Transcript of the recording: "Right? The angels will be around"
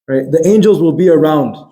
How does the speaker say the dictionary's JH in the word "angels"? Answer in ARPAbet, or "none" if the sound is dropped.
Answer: JH